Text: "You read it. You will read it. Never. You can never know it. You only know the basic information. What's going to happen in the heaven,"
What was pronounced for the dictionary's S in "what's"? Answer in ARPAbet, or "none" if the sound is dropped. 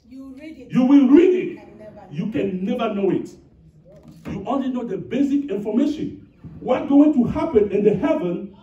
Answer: none